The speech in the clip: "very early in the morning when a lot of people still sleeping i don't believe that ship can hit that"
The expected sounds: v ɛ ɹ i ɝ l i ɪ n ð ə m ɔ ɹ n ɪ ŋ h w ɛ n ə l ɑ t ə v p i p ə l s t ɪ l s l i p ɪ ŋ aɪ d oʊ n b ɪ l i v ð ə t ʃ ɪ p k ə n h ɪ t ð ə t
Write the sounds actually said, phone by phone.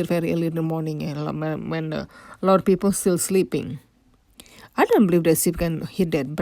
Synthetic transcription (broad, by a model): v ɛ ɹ i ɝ l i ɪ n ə m ɔ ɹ n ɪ ŋ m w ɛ n ə l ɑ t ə p i p ə l s t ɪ l s l i p ɪ ŋ aɪ d oʊ n b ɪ l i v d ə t s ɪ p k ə n h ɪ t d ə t